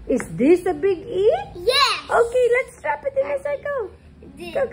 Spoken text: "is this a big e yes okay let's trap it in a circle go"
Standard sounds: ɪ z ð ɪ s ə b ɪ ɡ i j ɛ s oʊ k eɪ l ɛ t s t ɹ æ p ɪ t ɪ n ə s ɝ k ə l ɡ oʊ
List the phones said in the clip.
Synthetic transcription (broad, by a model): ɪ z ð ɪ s ə b ɪ ɡ i j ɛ oʊ k eɪ l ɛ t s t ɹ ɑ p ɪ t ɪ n ə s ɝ ə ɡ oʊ